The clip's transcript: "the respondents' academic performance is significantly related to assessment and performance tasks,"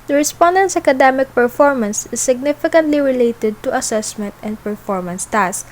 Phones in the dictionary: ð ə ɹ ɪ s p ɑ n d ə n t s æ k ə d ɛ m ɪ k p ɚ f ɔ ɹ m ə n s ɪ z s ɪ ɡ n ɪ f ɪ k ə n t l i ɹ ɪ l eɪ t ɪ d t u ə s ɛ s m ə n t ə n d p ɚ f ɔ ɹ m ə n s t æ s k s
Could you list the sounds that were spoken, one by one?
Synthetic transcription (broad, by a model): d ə ɹ ɪ s p ɑ n d ə n t s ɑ k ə d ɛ m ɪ k p ɚ f ɔ ɹ m ə n s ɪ s ɪ ɡ n ɪ f ɪ k ə n t l i ɹ ɪ l eɪ t ɪ d t u ə s ɛ s m ə n t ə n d p ɚ f ɔ ɹ m ə n s t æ s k